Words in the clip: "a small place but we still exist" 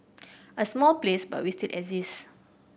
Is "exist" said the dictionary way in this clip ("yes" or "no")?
no